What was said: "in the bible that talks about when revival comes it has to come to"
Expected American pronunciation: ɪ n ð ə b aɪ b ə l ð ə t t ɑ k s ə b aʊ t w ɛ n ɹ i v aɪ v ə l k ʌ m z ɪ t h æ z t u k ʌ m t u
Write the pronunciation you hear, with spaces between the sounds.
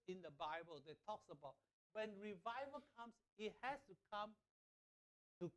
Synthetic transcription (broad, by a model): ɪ n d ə b aɪ b ə l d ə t t ɑ k s ə b aʊ t w ɛ n ɹ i v aɪ v ə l k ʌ m s ɪ t h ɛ s t u k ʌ m t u